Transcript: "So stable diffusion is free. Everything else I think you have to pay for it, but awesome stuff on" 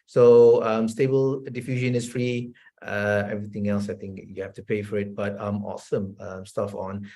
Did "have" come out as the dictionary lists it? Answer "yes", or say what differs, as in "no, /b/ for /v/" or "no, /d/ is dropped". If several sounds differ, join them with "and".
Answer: no, /f/ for /v/